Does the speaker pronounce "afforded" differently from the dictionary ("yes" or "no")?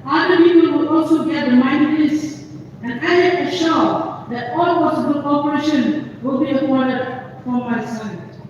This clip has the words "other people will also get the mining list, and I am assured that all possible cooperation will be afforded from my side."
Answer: yes